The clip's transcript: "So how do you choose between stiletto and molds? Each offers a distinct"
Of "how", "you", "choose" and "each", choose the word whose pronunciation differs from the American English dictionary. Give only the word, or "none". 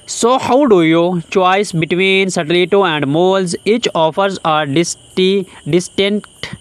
choose